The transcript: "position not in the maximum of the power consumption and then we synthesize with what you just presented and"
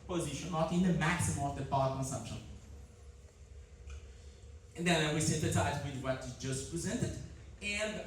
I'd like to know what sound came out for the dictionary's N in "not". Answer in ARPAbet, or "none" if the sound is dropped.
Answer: L